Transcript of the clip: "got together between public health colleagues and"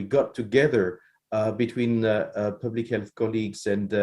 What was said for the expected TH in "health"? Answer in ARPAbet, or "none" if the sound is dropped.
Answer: TH